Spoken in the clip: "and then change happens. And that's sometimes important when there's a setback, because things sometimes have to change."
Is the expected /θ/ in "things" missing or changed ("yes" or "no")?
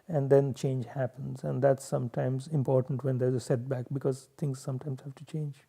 yes